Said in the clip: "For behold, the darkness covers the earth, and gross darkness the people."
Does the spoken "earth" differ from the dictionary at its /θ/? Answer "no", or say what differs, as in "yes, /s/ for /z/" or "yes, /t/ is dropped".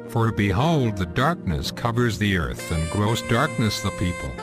no